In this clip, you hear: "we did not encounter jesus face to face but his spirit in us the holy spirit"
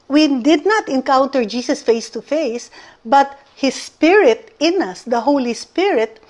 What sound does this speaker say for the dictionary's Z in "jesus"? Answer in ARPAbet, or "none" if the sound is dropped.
S